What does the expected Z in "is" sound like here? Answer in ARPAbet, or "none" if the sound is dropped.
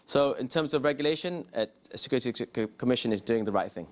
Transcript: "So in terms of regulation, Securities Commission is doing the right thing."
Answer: Z